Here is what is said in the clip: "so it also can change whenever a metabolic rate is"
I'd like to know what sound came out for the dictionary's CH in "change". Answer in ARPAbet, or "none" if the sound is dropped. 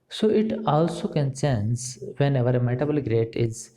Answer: S